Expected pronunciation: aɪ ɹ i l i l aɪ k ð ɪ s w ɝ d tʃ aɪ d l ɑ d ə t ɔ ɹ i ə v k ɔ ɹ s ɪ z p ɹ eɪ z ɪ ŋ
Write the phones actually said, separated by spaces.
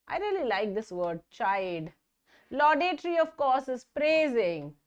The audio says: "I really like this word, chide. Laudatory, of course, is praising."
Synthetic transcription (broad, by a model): aɪ ɹ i l i l aɪ k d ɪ s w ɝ d tʃ aɪ d l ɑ d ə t ɹ i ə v k ɔ ɹ s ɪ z p ɹ eɪ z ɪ ŋ